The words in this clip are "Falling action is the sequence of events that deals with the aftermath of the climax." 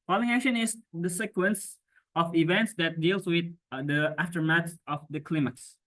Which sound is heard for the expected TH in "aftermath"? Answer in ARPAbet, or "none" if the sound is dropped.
S